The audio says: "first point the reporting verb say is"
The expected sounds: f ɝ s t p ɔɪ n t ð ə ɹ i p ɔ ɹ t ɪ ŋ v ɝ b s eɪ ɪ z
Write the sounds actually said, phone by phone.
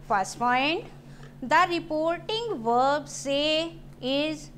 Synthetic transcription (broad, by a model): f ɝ s t f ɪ n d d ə ɹ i p ɔ ɹ t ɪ ŋ v ɝ b s eɪ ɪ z